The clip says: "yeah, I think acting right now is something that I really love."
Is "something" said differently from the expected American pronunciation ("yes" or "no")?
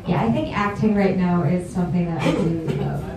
no